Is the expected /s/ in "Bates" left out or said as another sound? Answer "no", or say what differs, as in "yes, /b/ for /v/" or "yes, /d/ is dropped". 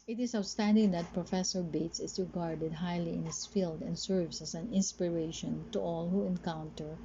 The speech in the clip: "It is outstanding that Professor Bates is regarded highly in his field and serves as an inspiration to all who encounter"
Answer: no